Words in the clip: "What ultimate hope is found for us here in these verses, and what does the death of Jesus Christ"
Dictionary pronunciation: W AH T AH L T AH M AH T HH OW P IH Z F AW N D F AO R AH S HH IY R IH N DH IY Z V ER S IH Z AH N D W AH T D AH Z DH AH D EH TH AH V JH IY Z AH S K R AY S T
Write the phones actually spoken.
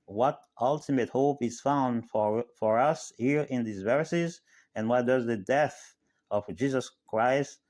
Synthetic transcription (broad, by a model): W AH T AH L T AH M AH T HH OW P IH Z F AW N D F AO R AH S HH IY R IH N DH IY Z V ER S IH Z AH N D W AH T D AH Z DH AH D EH TH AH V JH IY Z AH S K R AY S T